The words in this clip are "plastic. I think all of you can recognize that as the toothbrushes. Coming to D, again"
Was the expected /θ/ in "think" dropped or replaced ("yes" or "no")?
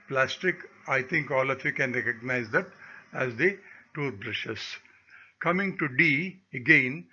yes